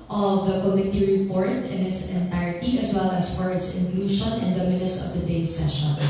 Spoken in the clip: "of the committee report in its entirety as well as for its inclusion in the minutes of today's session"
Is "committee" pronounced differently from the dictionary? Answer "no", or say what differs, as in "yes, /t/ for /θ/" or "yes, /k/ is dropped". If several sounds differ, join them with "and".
no